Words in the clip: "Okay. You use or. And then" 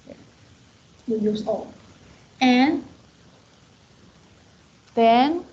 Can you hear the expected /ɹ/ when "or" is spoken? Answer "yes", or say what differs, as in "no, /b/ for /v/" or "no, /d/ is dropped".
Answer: no, /l/ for /ɹ/